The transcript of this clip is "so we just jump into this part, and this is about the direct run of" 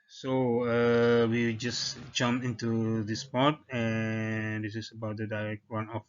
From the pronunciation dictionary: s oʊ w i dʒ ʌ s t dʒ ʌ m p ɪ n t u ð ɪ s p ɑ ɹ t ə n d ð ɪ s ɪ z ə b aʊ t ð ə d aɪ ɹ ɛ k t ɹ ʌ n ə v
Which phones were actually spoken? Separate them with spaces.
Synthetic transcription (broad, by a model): s oʊ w i dʒ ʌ s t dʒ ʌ m ɪ n t u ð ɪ s p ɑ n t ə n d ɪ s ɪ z ə b aʊ t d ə d aɪ ɹ ɛ k t w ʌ n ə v